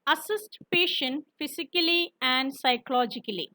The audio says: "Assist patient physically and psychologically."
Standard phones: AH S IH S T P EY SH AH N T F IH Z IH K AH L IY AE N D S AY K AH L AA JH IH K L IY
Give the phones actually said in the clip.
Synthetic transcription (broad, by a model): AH S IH S T P EY SH AH N T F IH S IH K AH L IY AE N D S AY K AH L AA JH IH K L IY